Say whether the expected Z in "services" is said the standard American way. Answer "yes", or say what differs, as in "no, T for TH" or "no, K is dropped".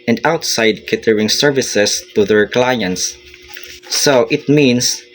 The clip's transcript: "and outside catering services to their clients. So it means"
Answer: no, S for Z